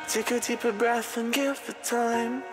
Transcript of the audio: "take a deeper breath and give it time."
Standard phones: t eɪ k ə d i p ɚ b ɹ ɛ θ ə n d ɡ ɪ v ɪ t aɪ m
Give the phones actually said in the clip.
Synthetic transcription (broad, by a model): t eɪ k ə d i p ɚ b ɹ ɛ θ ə n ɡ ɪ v ɪ t aɪ m